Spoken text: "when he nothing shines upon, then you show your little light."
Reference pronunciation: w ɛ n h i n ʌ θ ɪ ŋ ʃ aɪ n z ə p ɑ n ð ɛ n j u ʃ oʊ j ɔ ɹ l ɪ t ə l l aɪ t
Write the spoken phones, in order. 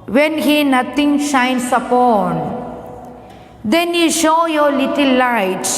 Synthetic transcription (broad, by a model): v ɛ n h i n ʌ t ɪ ŋ ʃ aɪ n s ə p ɑ n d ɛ n j u ʃ oʊ j ɔ ɹ l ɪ t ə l l aɪ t